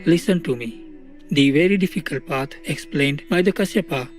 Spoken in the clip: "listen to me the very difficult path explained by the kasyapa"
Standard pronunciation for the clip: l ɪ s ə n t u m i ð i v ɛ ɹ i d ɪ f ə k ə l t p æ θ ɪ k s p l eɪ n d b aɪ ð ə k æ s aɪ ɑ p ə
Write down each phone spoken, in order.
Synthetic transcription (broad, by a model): l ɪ s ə n t u m i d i v ɛ ɹ i d ɪ f ə k ə l t p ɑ t ɪ k s p l eɪ n d b aɪ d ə k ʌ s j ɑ p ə